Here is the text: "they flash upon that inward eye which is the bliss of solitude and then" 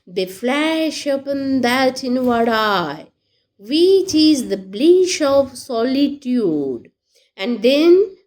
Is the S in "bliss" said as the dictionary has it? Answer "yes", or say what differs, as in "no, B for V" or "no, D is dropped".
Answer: no, SH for S